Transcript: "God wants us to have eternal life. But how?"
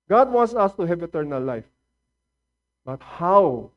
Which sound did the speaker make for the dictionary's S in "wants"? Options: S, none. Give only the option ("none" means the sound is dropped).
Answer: S